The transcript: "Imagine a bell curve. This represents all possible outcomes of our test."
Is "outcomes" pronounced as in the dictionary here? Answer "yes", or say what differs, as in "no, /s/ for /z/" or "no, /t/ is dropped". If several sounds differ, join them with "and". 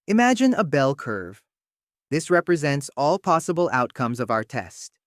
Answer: yes